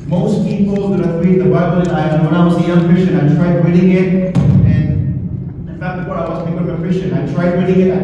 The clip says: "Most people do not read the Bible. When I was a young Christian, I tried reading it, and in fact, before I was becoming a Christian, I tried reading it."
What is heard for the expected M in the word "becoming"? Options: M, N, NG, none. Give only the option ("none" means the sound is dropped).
none